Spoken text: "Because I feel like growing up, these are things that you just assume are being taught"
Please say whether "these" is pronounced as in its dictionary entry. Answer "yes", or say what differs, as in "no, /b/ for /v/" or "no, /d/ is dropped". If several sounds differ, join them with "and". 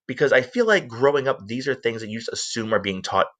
yes